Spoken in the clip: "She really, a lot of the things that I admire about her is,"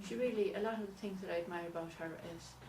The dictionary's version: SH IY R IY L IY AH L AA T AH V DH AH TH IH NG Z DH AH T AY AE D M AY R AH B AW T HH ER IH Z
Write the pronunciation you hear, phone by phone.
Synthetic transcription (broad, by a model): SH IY R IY L IY AH L AA T AH V DH AH TH IH NG Z DH AH T AY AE D M AY R AH B AW T HH ER IH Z